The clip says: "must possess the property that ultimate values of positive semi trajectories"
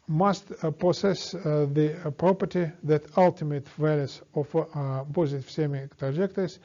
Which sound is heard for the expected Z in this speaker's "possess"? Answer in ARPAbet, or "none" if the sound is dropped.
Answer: S